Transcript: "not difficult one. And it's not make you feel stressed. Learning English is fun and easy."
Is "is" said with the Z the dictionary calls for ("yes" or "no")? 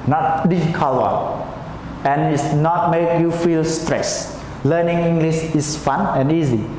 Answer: no